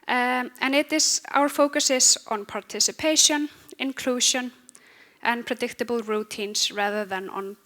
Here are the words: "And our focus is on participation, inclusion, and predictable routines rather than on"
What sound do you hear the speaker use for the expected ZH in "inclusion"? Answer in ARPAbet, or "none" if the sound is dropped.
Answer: SH